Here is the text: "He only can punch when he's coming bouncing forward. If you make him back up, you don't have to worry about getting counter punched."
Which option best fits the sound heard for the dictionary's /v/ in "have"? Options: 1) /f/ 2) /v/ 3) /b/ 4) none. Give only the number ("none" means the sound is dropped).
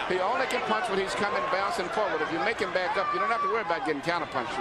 1